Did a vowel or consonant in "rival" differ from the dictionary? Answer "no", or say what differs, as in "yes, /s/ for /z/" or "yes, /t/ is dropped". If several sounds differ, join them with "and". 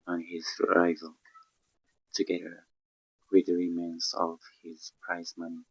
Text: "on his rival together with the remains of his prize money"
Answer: no